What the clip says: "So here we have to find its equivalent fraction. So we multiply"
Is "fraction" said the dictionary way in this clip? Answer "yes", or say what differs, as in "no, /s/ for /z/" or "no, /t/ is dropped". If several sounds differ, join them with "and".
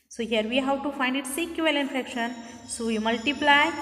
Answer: no, /ɹ/ is dropped